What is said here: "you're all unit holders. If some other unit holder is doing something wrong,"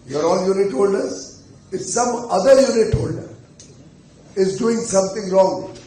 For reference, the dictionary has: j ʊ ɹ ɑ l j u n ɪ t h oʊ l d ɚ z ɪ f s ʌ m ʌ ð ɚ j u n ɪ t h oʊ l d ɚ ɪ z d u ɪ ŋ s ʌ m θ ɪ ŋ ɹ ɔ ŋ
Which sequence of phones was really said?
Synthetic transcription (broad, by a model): j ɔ ɹ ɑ n j u n ɪ t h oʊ l d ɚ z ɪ s ʌ m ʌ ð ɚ j u n ɪ t h oʊ l d ɚ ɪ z d u ɪ ŋ s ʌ m t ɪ ŋ ɹ ɔ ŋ